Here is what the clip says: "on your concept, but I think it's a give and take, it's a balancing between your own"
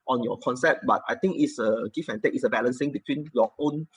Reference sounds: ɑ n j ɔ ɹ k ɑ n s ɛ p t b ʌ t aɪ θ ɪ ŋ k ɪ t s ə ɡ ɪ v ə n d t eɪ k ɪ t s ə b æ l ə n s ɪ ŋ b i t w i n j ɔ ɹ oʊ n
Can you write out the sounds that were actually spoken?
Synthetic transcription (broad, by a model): ɑ n j ɔ k ɑ n s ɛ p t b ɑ t aɪ t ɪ ŋ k ɪ t s ə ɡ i f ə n t eɪ k ɪ t s ə b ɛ l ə n s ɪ ŋ b i t w i n j ɔ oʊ n